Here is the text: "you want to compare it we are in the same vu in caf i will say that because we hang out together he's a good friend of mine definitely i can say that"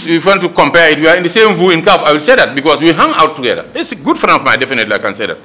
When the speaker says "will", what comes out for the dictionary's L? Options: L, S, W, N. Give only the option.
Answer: L